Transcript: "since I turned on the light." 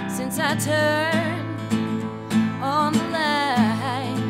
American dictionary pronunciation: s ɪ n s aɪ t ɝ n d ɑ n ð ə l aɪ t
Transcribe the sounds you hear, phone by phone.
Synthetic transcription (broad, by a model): s ɪ n s aɪ t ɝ n ɑ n ð ə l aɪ